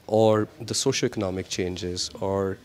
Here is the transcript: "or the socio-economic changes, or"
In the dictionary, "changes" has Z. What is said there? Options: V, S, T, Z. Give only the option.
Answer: Z